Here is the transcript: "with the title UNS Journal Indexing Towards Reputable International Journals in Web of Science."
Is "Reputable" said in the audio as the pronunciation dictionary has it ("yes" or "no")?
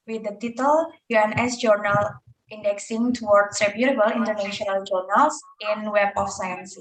no